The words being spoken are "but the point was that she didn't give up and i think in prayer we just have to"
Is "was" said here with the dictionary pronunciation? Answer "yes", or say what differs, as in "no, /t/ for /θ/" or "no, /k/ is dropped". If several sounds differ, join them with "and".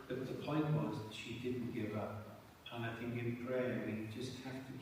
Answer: yes